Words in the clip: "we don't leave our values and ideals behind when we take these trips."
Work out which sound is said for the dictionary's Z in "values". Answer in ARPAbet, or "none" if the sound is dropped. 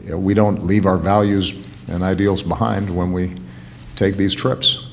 Z